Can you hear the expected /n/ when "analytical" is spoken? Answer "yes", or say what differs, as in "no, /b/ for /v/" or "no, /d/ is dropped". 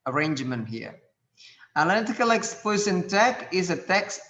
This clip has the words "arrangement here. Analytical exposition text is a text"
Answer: no, /n/ is dropped